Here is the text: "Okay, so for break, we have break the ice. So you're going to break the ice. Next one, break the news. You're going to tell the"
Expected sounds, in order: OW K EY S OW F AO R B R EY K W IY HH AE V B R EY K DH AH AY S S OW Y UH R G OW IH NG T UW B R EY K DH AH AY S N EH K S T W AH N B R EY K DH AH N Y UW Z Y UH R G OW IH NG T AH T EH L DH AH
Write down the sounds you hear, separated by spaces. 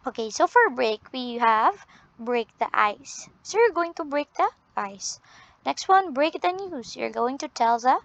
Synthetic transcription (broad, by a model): OW K EY S OW F AO R B R EY K W IY HH AE V B R EY K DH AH AY S S OW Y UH R G OW IH NG T UW B R EY K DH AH AY S N EH K S T W AH N B R EY K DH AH N Y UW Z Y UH R G OW IH NG T AH T EH L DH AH